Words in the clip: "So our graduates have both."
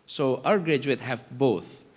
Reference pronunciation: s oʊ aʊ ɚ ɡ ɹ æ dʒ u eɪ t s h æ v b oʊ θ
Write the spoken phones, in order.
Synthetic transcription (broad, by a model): s oʊ aʊ ɚ ɡ ɹ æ dʒ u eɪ t h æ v b oʊ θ